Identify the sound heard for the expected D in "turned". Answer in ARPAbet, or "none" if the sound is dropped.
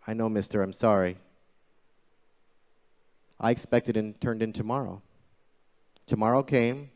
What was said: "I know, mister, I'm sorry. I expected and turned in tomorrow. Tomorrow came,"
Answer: D